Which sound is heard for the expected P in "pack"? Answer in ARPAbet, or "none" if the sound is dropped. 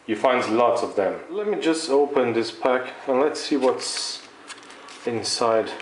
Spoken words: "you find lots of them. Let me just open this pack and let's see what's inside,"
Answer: P